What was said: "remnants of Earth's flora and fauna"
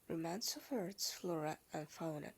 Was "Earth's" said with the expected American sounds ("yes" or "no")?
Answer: no